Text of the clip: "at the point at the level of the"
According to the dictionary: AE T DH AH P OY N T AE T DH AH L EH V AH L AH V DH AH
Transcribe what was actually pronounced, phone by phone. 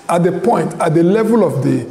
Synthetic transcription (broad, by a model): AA T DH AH P OY N T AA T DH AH L EH V AH L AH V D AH